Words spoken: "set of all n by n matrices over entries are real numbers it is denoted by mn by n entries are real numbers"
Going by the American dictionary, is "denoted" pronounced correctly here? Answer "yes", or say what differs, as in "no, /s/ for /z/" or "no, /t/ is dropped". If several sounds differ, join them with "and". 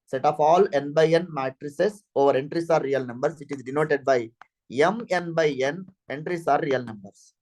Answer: yes